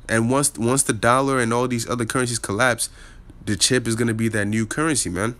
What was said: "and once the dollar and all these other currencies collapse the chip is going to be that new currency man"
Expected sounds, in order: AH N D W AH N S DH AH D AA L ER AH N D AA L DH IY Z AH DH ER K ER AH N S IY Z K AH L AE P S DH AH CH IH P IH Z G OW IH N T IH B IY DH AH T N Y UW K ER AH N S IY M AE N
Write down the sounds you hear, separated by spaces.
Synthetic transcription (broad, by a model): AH N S W AH N S DH AH D AA L ER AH N AA L DH IY Z AH DH ER K ER AH N S IY Z K AH L AE P S DH AH CH IH P IH Z G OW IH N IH B IY DH AH T N Y UW K ER AH N S IY M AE N